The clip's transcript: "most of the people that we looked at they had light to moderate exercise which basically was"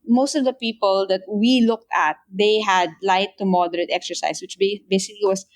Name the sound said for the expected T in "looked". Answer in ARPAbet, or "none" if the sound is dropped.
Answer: T